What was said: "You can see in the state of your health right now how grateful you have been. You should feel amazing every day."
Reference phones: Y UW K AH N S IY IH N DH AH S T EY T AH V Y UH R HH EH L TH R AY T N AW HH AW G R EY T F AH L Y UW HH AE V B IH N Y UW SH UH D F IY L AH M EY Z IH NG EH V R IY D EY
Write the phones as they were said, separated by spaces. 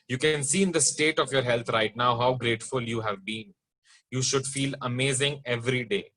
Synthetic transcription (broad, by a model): Y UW K AH N S IY IH N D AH S T EY T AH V Y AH R HH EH L T R AY T N AW HH AW G R EY T F AH L Y UW HH AE V B IH N Y UW SH UH D F IY L AH M EY Z IH NG EH V R IY D EY